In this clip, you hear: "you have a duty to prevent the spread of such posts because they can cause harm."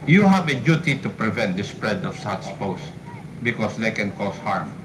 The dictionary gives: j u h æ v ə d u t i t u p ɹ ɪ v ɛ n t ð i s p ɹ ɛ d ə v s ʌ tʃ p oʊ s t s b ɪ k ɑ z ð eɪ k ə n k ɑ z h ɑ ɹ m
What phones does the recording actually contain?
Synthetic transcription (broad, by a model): j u h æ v ə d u t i t u p ɹ ɪ v ɛ n t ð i s p ɹ ɛ d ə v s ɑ s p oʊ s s b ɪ k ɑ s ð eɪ k ə n k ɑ s h ɑ ɹ m